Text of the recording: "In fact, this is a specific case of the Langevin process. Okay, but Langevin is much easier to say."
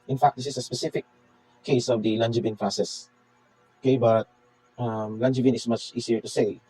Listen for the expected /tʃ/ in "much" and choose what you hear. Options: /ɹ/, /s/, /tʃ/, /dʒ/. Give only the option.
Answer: /tʃ/